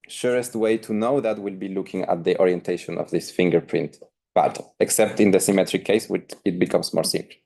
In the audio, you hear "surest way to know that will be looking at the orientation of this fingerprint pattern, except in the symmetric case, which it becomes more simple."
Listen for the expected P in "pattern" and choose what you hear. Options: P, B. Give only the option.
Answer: B